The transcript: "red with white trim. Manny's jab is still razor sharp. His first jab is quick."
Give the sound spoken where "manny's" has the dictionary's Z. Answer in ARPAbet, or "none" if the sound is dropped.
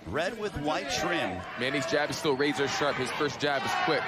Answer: Z